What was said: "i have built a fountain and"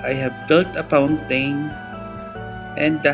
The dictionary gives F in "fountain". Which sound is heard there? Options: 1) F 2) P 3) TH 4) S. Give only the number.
2